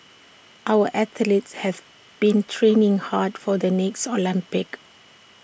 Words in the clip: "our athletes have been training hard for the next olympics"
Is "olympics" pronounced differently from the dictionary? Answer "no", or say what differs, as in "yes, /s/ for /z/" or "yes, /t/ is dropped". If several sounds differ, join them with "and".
yes, /s/ is dropped